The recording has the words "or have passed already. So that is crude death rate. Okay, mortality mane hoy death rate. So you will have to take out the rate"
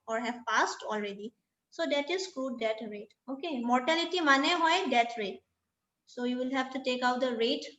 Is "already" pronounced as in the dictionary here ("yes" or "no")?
yes